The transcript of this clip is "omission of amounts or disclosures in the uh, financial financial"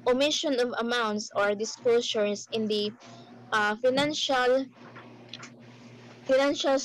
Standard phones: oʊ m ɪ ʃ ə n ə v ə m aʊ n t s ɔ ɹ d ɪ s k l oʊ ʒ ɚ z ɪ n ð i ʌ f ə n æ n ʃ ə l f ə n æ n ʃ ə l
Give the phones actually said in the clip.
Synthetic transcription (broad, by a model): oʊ m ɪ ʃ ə n ə v ə m aʊ n t s ɔ ɹ d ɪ s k l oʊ s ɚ s ɪ n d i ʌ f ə n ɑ n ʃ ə l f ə n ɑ n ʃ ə l